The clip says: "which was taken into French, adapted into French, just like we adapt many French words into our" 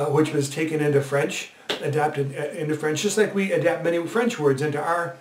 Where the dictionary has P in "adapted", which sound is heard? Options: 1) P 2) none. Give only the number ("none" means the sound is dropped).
1